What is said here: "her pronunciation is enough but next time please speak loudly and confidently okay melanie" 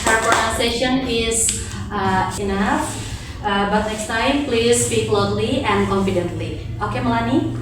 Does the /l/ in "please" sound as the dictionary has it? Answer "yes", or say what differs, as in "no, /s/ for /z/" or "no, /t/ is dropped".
yes